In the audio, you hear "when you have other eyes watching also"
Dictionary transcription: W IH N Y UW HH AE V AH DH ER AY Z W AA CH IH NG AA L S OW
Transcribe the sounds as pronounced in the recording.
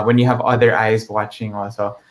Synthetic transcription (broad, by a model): W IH N Y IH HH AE V AH DH ER AY Z W AA CH IH NG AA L S OW